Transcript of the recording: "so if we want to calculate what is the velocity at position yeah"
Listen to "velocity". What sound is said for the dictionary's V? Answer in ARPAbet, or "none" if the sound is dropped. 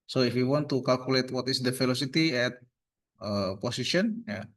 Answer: F